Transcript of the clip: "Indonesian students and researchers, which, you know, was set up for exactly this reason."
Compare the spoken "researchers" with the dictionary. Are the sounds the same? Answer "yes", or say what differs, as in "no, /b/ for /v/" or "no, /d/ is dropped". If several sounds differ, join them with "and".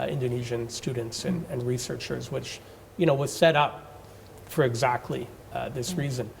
yes